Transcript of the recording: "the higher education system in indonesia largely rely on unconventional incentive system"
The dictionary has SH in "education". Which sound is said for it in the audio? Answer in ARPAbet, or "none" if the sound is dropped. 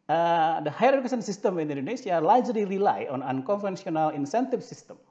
S